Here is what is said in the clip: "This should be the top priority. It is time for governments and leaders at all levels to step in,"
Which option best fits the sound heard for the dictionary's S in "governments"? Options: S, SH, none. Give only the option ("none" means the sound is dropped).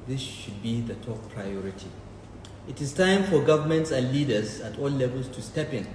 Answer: S